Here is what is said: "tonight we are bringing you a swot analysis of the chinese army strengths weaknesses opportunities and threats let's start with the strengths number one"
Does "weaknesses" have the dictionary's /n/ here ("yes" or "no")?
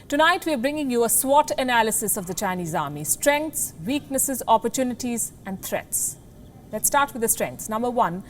yes